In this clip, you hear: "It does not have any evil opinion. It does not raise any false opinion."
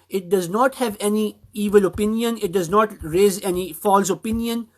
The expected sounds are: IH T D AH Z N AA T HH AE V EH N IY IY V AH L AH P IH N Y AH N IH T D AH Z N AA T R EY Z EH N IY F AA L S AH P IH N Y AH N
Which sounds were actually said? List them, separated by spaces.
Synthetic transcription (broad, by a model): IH T D AH Z N AA T HH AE V EH N IY IY V AH L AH P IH N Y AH N IH T D AH Z N AA T R EY Z EH N IY F AA L S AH P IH N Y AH N